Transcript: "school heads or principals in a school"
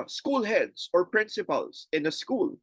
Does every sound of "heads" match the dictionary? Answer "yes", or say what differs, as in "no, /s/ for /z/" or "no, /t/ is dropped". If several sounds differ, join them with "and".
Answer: no, /s/ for /z/